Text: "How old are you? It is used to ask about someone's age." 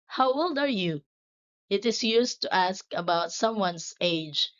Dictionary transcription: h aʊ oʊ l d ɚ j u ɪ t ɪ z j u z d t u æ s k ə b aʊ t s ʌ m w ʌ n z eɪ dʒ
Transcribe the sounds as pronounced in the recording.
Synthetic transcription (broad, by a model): h aʊ oʊ l d ɚ j u ɪ t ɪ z j u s t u æ s k ə b aʊ t s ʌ m w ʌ n s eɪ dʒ